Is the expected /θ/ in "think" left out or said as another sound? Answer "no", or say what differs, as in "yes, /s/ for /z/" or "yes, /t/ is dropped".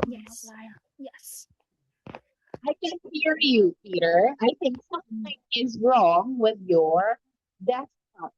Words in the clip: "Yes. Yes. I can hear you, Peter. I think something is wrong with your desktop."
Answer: no